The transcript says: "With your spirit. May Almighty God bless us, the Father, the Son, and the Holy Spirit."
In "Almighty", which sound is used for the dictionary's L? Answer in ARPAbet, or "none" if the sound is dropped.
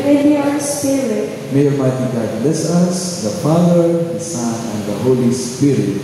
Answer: none